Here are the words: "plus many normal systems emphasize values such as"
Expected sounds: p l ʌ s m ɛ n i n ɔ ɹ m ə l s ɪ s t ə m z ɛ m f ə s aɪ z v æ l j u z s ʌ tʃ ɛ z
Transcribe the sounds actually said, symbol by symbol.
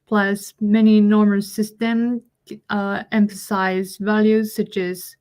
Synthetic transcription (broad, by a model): p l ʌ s m ɛ n i n ɔ ɹ m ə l s ɪ s t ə m ɛ m f ə s aɪ z v æ l j u z s ʌ tʃ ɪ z